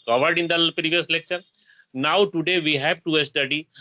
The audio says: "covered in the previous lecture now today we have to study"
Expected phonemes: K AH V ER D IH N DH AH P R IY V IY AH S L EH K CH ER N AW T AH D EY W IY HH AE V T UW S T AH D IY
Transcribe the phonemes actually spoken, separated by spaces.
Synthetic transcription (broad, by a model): K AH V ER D IH N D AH P R IY V IY AH S L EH K SH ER N AW T AH D EY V IY HH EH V T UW S T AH D IY